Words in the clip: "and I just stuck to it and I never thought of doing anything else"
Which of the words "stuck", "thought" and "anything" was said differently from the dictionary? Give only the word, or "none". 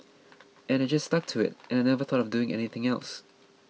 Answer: none